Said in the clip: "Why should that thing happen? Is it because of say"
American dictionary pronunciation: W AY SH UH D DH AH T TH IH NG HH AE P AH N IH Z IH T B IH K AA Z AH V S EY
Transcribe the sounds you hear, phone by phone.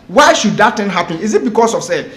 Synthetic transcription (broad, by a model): W AY SH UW D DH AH T T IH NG HH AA P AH N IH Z IH T B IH K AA S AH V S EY